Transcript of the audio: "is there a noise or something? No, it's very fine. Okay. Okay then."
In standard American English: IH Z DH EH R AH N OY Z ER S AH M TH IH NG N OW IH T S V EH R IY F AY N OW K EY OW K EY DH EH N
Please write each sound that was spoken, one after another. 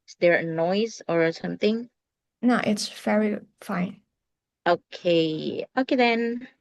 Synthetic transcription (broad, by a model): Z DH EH R AH N OY Z ER S AH M TH IH NG N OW IH T S V EH R IY F AY N OW K EY OW K EY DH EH N